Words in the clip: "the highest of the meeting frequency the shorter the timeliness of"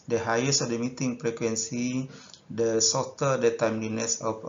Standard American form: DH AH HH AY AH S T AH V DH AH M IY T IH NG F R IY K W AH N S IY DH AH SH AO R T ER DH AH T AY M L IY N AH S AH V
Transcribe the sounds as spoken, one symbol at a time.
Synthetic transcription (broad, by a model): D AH HH AY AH S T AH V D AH M IY T IH NG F R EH K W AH N S IY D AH S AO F T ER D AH T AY M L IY N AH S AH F